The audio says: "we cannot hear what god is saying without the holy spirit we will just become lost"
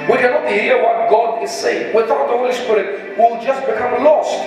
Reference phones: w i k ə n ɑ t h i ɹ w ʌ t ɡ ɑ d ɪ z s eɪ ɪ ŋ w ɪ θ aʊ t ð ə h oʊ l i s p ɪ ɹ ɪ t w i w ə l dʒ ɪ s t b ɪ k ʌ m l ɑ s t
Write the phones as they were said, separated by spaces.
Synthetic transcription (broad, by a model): w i k ə n ɑ t h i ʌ w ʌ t ɡ ɑ d ɪ z s eɪ ɪ ŋ w ɪ θ aʊ t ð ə h oʊ l i s p ɪ ɹ ɪ t w i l dʒ ɪ s t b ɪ k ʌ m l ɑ s